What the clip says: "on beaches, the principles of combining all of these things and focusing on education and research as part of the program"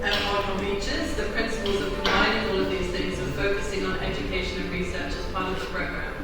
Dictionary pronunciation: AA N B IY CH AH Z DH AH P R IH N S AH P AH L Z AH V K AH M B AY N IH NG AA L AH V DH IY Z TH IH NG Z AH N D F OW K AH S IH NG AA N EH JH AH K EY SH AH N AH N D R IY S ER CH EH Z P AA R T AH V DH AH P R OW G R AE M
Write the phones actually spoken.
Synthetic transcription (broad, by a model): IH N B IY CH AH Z DH AH P R IH N S AH P AH L Z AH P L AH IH IH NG AA L AH V DH IY Z TH IH NG Z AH F OW K AH S IH NG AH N EH JH AH K EY SH AH N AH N R IY S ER CH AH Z P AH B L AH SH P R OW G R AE